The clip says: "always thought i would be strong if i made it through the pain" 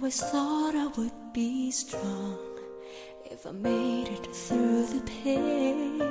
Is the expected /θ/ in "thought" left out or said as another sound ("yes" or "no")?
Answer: no